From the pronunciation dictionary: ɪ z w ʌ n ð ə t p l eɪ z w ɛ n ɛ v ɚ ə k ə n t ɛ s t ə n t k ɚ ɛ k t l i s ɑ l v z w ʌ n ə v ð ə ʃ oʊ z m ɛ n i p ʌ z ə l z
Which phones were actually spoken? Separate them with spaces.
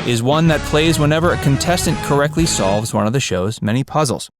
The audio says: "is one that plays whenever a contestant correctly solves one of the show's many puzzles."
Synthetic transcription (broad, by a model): ɪ z w ʌ n ð ə t p l eɪ z w ɛ n ɛ v ɚ ə k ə n t ɛ s t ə n k ɚ ɛ k t l i s ɑ l v z w ʌ n ə v ð ə ʃ oʊ z m ɛ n i p ʌ z l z